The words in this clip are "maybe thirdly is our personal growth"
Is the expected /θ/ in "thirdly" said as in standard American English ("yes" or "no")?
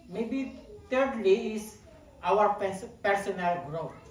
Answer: no